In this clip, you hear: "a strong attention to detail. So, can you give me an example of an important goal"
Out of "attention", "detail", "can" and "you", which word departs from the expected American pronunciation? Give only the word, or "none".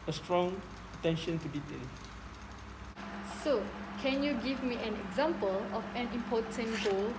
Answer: detail